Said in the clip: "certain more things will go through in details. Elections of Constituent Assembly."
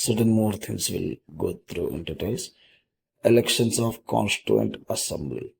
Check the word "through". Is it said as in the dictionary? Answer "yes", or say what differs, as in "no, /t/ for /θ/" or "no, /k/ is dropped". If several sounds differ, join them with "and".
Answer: no, /t/ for /θ/